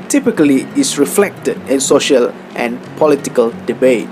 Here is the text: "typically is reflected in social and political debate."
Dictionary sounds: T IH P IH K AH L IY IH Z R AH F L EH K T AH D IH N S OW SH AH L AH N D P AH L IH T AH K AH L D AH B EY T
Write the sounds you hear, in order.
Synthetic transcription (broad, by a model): T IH P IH K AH L IY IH S R AH F L EH K T AH D IH N S OW SH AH L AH N P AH L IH T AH K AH L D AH B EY T